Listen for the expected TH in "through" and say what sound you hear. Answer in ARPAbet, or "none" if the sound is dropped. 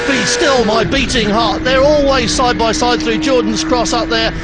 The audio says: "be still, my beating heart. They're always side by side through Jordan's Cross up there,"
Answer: TH